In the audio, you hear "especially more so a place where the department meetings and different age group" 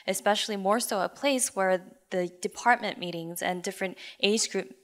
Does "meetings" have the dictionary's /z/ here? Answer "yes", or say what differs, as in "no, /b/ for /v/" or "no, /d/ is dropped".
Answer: yes